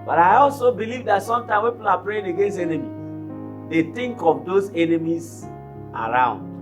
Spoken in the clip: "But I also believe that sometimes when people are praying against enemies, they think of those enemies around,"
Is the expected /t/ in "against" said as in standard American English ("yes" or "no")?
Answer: no